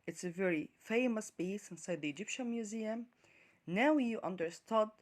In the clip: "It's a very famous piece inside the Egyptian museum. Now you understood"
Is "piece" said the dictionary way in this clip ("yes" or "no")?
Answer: no